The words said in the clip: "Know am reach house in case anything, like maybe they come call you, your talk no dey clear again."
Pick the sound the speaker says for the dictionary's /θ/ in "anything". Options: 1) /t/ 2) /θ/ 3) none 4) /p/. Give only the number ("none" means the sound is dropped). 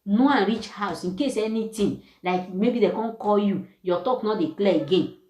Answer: 1